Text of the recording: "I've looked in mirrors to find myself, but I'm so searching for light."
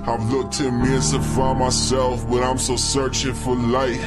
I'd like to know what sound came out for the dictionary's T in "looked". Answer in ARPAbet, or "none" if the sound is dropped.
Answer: T